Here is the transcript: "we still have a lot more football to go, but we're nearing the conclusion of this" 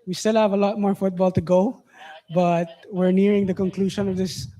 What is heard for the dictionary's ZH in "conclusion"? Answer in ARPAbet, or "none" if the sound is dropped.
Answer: SH